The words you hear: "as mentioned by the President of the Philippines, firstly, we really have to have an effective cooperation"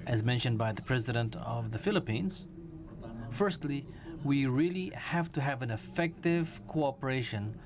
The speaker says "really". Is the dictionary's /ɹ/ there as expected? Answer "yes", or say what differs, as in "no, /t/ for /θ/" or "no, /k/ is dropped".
yes